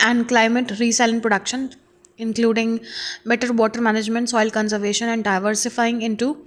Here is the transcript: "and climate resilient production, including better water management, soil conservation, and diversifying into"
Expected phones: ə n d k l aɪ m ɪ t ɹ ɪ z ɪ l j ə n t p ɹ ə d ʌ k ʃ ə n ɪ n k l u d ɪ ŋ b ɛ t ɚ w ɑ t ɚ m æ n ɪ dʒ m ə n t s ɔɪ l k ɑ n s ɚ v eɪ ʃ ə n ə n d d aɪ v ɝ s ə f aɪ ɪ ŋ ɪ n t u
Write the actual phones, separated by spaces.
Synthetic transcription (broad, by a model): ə n d k l aɪ m ɪ t ɹ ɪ s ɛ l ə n p ɹ ə d ʌ k ʃ ə n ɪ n k l u d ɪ ŋ b ɛ t ɚ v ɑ t ɚ m æ n ɪ dʒ m ə n t s ɔɪ l k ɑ n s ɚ v eɪ ʃ ə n ə n d d aɪ v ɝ s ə f aɪ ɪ ŋ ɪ n t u